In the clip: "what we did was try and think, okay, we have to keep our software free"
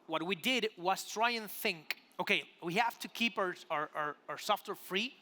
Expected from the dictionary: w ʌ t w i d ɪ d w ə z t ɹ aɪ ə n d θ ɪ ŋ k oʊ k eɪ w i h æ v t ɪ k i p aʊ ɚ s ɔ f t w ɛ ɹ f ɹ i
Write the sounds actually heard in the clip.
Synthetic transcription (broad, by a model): w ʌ t w i d ɪ d w ə z t ɹ aɪ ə n θ ɪ ŋ k oʊ k eɪ w i h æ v t ɪ k i p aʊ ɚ s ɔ f t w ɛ ɹ f ɹ i